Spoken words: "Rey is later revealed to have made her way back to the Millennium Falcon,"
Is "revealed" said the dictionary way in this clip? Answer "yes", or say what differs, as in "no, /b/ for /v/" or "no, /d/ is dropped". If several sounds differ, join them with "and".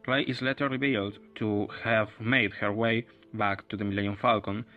yes